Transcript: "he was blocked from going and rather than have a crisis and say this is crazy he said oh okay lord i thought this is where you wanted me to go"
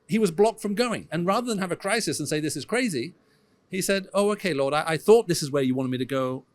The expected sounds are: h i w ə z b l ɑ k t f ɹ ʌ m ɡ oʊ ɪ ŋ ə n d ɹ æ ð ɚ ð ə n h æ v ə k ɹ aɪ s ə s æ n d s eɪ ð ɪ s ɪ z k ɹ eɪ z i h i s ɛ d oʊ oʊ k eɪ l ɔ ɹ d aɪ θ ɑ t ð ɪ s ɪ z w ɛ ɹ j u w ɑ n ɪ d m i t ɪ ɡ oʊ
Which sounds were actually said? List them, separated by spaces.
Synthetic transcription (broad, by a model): h i w ə z b l ɑ k t f ɹ ʌ m ɡ oʊ ɪ ŋ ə n ɹ æ ð ɚ ð ə n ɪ v ə k ɹ aɪ s ə s n s eɪ ð ɪ s ɪ z k ɹ eɪ z i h i s ɛ d oʊ oʊ k eɪ l ɔ ɹ d aɪ θ ɑ t ð ɪ s ɪ z w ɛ ɹ j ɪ w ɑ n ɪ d m i t ɪ ɡ oʊ